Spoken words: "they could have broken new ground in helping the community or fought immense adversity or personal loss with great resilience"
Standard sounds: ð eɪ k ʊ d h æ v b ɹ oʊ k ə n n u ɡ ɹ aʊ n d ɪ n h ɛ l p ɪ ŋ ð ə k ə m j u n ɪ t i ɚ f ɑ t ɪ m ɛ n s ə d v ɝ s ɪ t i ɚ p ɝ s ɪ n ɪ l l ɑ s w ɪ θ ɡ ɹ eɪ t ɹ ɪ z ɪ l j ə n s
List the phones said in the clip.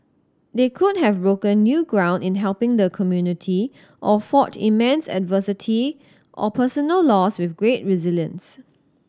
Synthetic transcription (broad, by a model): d eɪ k ʊ d h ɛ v b ɹ oʊ k ə n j u ɡ ɹ aʊ n d ɪ n h ɛ l p ɪ ŋ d ə k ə m j u n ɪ t i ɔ f ɑ t ɪ m ɛ n s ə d v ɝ s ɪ t i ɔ p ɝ s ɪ n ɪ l l ɑ s w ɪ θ ɡ ɹ eɪ t ɹ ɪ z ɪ l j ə n s